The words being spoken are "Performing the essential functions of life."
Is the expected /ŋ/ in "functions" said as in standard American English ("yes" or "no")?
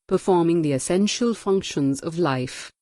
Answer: yes